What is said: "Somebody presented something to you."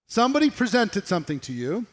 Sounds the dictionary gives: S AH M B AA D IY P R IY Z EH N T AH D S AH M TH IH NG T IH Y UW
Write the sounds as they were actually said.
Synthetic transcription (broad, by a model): S AH M B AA D IY P R IY Z EH N T AH D S AH M TH IH NG T IH Y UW